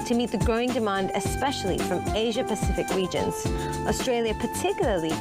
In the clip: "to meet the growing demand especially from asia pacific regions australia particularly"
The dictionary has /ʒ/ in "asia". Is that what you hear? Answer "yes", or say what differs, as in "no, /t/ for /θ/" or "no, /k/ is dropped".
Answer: yes